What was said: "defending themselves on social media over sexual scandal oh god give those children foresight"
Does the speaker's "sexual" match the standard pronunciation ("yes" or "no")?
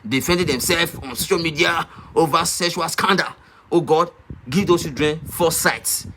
no